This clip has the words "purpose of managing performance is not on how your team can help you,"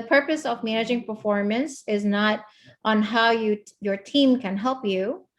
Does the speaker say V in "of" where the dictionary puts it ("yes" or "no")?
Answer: yes